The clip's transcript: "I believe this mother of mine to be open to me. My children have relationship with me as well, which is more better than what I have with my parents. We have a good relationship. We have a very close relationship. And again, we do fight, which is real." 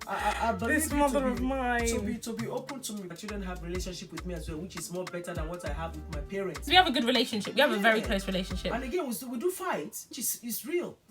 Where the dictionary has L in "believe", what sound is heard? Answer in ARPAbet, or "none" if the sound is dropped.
none